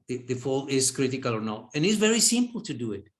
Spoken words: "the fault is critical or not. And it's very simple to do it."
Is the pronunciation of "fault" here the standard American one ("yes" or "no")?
no